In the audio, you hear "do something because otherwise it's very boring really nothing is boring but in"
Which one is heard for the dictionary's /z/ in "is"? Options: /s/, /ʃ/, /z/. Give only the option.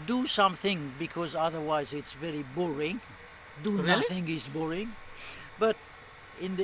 /s/